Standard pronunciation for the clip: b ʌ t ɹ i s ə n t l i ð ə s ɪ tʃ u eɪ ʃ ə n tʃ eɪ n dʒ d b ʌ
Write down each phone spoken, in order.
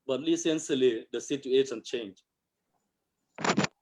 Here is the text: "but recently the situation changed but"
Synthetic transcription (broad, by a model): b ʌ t l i s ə n s l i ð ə s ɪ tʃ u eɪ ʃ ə n tʃ eɪ n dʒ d